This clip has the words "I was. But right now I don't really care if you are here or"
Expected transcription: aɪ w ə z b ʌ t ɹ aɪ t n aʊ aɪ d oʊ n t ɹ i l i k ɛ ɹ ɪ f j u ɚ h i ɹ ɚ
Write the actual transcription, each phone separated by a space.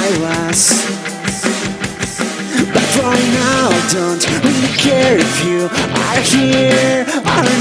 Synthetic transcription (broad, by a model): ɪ w ə z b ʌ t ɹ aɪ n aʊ d oʊ n t w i i k ɛ ɹ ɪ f j u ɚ h i ɹ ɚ